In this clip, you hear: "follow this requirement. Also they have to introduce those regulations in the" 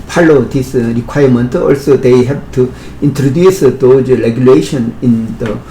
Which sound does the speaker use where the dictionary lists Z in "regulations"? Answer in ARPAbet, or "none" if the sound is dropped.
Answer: none